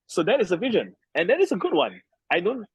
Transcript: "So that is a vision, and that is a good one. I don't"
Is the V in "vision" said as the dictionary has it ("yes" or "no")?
yes